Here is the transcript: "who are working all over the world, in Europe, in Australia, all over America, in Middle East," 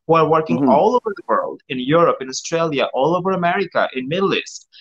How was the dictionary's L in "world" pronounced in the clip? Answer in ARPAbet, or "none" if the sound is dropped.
L